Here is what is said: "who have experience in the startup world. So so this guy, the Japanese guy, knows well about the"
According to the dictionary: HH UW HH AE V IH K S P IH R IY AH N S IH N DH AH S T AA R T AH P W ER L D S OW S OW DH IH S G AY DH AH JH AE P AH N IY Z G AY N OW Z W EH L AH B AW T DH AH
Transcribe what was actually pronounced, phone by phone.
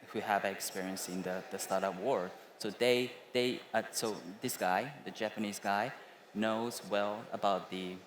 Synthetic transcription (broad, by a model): HH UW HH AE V IH K S P IH R IY AH N S IH N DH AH S T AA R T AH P W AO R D S OW S OW DH IH S G AY DH AH JH AE P AH N IY Z G AY N OW Z W EH L AH B AW T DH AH